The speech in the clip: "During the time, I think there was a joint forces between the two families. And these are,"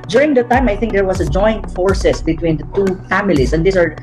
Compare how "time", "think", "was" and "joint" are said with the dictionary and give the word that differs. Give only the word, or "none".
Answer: was